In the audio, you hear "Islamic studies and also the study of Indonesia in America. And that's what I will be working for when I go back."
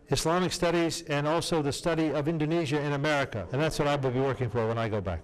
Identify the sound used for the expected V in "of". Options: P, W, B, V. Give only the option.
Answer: V